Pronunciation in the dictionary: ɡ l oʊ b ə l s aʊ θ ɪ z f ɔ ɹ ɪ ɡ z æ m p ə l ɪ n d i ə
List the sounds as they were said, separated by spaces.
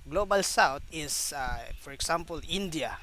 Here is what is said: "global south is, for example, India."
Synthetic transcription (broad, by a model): ɡ l oʊ b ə l s aʊ t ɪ s f ɔ ɹ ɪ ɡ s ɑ m p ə l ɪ n d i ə